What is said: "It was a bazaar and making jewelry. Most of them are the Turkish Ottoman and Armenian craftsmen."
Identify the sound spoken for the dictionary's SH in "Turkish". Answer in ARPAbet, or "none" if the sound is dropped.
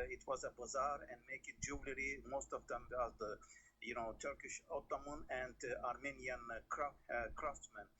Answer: SH